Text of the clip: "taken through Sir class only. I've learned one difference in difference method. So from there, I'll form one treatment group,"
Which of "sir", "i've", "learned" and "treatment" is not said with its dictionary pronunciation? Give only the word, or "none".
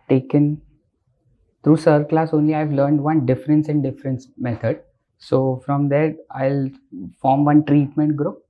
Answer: none